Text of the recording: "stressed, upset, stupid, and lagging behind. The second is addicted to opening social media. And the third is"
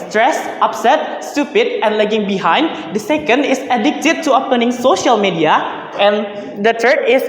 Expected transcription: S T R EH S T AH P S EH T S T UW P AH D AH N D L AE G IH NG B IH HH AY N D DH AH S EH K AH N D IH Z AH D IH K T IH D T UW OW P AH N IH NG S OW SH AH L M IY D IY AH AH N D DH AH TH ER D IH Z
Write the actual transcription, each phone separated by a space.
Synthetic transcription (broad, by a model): S T R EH S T AH P S EH T S T UW P AH D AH N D L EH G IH NG B IH HH AY N D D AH S EH K AH N D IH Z AH D IH K T IH D T UW OW P AH N IH NG S OW SH AH L M IY D IY AH AH N D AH T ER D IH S